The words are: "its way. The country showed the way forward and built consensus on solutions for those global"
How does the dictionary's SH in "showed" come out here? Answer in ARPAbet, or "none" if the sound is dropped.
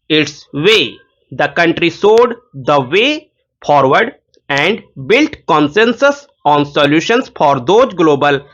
S